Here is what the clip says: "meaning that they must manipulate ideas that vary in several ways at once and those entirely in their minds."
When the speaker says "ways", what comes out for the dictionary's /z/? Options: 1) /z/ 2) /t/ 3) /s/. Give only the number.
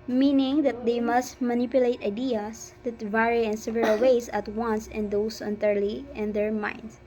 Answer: 3